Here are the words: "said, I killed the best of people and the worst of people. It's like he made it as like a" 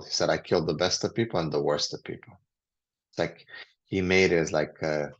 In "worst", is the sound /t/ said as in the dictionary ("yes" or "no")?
yes